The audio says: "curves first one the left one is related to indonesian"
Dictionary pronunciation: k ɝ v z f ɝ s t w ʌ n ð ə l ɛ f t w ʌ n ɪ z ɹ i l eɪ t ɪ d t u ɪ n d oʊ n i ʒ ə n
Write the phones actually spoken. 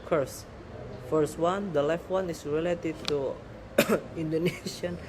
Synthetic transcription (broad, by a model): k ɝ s f ɝ s t w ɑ n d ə l ɛ f t w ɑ n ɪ s ɹ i l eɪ t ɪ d t u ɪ n d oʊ n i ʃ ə n